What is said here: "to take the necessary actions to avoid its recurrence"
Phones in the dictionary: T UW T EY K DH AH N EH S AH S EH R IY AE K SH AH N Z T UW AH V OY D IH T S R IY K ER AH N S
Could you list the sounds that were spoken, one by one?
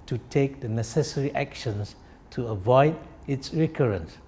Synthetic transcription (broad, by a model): T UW T EY K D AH N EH S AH S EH R IY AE K SH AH N S T UW AH V OY D IH T S R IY K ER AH N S